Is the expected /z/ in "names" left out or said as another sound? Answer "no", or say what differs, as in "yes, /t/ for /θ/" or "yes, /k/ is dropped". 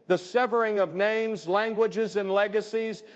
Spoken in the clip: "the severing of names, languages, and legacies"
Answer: no